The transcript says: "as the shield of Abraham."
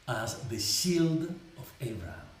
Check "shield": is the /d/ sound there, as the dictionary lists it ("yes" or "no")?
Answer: yes